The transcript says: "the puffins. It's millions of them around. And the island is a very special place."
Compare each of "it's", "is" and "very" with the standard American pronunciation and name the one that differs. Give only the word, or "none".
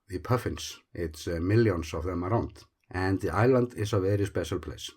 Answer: is